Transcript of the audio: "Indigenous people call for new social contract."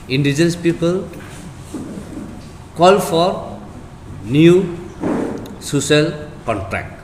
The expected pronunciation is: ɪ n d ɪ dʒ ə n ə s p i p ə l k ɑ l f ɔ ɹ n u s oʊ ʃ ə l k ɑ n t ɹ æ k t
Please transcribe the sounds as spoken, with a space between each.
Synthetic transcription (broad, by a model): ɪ n d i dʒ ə n s p i p ə l k ɑ l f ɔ ɹ n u s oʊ s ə l k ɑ n t ɹ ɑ k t